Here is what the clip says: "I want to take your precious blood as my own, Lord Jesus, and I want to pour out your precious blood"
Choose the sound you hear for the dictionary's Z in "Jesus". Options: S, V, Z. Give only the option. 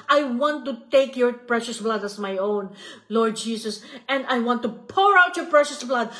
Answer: S